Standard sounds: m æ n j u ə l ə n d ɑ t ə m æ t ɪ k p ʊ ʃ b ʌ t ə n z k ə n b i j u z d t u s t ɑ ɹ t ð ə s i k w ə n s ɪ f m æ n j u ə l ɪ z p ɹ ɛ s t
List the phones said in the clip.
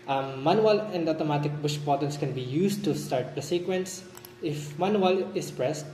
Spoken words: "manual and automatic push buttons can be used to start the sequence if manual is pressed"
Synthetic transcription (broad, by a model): m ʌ n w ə l ə n d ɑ t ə m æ t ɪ k b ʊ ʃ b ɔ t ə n s k ə n b i j u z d t u s t ɑ ɹ t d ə s i k w ə n s ɪ f m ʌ n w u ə l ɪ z p ɹ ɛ s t